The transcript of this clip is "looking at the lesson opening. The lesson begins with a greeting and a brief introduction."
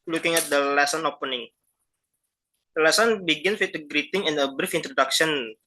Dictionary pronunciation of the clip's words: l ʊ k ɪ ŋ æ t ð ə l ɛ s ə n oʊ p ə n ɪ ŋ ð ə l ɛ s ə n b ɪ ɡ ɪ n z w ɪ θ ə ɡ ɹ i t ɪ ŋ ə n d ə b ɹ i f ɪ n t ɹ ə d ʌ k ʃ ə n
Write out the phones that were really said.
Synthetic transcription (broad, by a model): l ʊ k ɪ ŋ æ t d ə l ɛ s ə n oʊ p ə n ɪ ŋ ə l ɛ s ə n b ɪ ɡ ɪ n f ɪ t ə ɡ ɹ i t ɪ ŋ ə n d ə b ɹ i f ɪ n t ɹ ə d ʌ k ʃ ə n